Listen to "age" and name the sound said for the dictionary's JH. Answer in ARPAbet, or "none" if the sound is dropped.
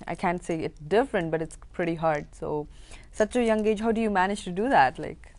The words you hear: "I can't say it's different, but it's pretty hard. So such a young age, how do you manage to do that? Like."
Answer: JH